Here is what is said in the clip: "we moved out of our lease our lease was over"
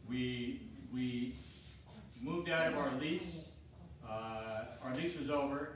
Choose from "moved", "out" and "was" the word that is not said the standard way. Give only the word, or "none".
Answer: none